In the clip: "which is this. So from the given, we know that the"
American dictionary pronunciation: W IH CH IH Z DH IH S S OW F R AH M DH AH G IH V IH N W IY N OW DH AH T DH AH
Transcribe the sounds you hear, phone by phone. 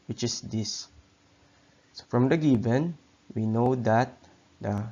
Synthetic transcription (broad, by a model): W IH CH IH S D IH S S OW F R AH M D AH G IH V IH N W IY N OW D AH T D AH